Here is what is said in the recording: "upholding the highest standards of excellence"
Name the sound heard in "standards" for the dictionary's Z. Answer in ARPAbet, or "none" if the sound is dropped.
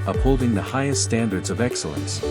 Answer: Z